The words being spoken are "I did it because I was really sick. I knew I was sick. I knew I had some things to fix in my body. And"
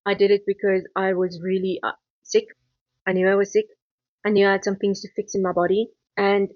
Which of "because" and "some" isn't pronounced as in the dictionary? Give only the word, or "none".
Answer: none